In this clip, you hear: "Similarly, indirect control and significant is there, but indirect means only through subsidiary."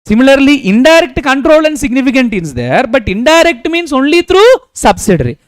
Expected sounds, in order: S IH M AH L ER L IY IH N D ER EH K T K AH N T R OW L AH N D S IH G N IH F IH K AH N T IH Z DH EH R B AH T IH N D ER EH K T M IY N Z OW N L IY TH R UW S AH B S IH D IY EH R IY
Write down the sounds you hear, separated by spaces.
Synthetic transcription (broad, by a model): S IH M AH L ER L IY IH N D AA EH K T K AH N T R OW L AH N D S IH G N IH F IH K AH N T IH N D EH R B AH T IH N D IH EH K T M IY N S OW N L IY T R UW S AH B S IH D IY R IY